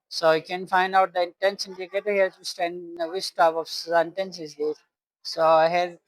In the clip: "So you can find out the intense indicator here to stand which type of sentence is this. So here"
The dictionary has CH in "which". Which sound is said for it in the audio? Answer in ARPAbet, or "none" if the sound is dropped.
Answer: S